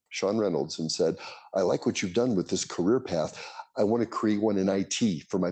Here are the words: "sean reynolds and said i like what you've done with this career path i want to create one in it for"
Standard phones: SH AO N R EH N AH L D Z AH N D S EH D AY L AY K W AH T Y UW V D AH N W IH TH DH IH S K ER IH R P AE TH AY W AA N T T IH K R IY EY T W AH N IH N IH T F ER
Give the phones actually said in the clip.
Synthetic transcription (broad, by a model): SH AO N R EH N L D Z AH N S EH D AY L AY K W AH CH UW V D AH N W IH DH IH S K ER IH R P AE TH AY W AA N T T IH K R IY EY T W AH N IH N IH T F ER